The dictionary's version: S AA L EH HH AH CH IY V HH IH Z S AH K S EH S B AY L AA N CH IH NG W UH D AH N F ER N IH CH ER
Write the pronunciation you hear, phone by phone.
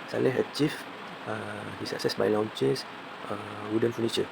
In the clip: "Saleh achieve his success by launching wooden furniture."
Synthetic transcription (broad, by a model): S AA L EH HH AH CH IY F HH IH S AH K S EH S B AY L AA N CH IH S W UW D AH N F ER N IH CH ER